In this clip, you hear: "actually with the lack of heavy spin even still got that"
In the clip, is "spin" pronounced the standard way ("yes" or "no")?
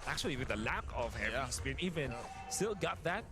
no